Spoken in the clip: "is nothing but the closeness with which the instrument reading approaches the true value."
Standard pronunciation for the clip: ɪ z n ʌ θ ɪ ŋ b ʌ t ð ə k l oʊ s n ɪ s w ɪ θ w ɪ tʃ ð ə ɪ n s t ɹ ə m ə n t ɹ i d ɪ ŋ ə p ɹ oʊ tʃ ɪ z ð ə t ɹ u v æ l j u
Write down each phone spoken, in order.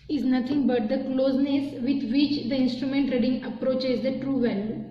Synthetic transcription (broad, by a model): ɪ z n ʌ t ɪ ŋ b ʌ t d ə k l oʊ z n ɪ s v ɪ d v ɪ tʃ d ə ɪ n s t ɹ ə m ə n t ɹ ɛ d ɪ ŋ ə p ɹ oʊ tʃ ɪ z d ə t ɹ u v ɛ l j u